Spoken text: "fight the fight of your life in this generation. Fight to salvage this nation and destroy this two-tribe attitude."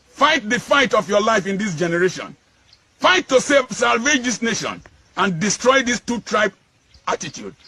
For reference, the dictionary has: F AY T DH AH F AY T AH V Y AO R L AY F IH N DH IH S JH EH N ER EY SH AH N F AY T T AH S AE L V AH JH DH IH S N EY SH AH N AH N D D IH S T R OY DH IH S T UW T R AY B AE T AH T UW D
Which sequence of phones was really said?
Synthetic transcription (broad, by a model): F AY T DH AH F AY T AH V Y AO L AY F IH N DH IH S JH EH N ER EY SH AH N F AY T S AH S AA L V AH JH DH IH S N EY SH AH N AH N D D IH S T R OY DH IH S T UW T R AY B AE T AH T UW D